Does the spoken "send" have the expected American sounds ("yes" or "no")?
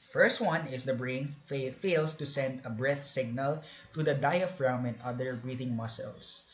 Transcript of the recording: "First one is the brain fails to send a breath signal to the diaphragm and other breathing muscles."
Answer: yes